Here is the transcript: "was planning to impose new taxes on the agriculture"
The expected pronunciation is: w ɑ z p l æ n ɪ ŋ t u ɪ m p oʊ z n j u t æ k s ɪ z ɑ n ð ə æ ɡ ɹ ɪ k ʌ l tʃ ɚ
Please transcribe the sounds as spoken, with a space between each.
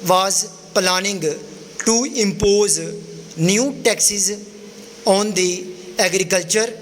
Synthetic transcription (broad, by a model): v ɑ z p l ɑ n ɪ ŋ t u ɪ m p oʊ z n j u t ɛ k s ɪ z ɑ n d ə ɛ ɡ ɹ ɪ k ʌ l tʃ ɚ